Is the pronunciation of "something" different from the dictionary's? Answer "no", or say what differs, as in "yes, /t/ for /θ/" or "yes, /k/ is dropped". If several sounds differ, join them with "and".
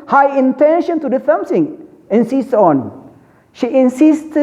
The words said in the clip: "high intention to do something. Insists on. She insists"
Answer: yes, /s/ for /θ/